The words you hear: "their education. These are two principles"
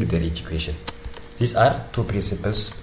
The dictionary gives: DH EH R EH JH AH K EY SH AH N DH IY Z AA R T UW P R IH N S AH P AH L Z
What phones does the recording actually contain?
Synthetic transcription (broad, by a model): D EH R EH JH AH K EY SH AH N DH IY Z AA R T UW P R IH N S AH P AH L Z